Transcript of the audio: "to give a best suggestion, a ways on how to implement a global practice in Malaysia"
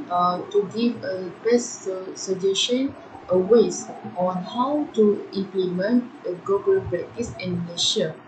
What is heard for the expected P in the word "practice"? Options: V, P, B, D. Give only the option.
B